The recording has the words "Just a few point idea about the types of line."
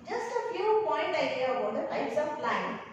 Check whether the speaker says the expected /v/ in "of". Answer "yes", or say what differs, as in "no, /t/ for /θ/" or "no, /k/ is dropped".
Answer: no, /p/ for /v/